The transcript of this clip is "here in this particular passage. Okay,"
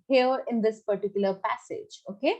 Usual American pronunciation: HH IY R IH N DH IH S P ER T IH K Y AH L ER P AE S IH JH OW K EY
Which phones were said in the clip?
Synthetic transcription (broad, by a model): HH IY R IH N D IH S P ER T IH K Y AH L ER P AE S IH JH OW K EY